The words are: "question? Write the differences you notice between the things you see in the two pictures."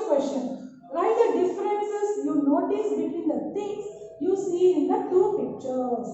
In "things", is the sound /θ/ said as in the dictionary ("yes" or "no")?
no